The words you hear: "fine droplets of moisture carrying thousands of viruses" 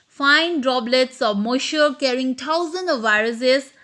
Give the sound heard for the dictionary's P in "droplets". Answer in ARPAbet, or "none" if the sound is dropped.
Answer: B